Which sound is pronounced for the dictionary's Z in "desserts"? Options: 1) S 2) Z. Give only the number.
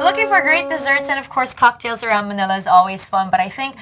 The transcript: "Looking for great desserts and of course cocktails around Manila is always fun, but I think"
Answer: 2